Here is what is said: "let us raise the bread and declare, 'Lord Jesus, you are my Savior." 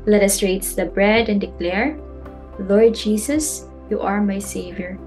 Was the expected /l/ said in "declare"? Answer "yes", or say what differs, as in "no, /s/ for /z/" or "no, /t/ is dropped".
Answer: yes